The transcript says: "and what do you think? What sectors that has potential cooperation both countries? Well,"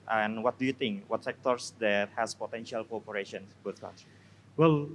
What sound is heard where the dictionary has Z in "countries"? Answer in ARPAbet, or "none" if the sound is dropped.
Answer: none